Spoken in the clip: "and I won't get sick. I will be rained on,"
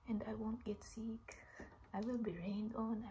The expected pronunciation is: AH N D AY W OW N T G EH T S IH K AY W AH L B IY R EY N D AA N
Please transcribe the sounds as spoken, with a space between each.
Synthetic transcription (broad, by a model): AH N D AY W OW N T G EH T S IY K AY W AH L B IY R EY N D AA N